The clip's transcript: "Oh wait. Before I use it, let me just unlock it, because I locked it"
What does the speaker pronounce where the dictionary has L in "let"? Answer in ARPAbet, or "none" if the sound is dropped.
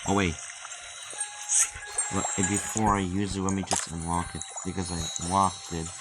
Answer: W